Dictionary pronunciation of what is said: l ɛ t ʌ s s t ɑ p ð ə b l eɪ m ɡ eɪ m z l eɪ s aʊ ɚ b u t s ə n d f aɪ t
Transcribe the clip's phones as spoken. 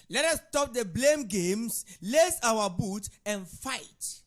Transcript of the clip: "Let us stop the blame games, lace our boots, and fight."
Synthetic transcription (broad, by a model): l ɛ t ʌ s s t ɑ p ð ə b l eɪ m ɡ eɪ m s l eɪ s aʊ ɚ b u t ə n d f aɪ t